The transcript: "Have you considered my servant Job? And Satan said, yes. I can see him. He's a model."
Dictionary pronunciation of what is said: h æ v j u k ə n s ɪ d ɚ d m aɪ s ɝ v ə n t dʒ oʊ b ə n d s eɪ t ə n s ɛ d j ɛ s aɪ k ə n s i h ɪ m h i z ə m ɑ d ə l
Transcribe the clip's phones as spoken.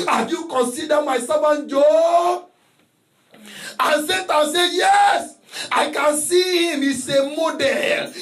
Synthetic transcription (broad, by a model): h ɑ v j u k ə n s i d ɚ m aɪ s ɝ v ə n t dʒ oʊ ə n s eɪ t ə s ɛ j ɛ s aɪ k ə n s i h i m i s ə m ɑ d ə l